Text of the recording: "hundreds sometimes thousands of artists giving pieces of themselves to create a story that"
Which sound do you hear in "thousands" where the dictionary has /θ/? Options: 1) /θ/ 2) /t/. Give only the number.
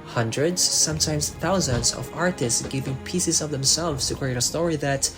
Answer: 1